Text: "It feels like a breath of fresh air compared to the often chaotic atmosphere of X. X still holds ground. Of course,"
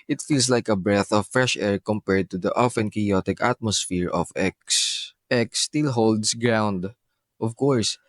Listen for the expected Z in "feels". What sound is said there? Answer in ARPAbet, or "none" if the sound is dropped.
S